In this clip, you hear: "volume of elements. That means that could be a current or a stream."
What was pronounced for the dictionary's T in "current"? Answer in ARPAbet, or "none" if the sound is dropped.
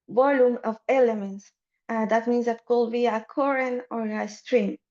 none